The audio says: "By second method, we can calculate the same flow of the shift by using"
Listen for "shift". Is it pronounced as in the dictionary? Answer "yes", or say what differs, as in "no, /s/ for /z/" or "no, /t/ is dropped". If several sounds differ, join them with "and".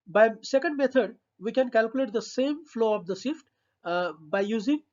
no, /s/ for /ʃ/